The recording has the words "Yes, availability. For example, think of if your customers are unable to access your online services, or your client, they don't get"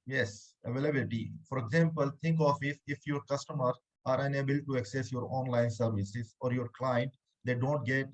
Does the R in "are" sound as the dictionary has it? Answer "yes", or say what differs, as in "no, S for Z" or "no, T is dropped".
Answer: yes